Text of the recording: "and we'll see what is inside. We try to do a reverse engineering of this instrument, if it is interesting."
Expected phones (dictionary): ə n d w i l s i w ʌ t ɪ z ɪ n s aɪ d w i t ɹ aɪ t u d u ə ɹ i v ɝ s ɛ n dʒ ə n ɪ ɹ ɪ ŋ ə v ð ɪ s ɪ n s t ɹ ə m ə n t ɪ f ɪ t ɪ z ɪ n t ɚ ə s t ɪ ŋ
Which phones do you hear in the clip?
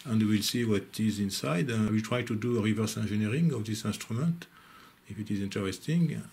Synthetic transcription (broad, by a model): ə n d w i l s i w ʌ t ɪ z ɪ n s aɪ d w i t ɹ aɪ t u d u ə ɹ i v ɝ s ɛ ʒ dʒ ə n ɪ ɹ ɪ ŋ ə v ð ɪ s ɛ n s t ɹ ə m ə n t ɪ f ɪ t ɪ z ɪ n t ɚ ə s t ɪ ŋ